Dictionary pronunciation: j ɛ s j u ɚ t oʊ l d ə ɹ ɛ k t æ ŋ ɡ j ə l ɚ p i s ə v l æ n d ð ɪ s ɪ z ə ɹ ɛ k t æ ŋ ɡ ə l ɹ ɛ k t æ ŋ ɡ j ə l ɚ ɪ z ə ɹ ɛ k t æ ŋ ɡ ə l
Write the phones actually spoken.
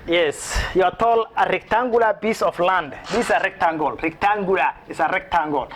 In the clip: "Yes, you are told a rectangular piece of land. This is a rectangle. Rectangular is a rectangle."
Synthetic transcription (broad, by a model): j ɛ s j u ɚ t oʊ l ə ɹ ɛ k t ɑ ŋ ɡ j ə l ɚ b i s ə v l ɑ n d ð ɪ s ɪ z ə ɹ ɛ k t æ ŋ ɡ ə l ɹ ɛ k t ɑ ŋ ɡ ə l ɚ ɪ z ə ɹ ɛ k t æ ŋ ɡ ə l